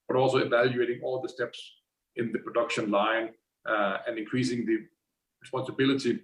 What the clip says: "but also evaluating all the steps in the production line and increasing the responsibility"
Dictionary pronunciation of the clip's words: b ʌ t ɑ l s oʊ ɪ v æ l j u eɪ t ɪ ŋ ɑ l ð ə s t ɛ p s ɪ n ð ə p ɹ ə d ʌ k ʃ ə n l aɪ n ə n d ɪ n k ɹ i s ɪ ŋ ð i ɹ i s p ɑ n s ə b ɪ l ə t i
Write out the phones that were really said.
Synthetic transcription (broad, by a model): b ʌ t ɑ l s oʊ ɪ v æ l j u eɪ t ɪ ŋ ɑ l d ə s t ɛ p s ɪ n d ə p ɹ ə d ʌ k ʃ ə n l aɪ n ə n d ɪ n k ɹ i s ɪ ŋ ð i ɹ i s p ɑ n s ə b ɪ l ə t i